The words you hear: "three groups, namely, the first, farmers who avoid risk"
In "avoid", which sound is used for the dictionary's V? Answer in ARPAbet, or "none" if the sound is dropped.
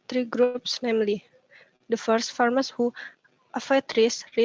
F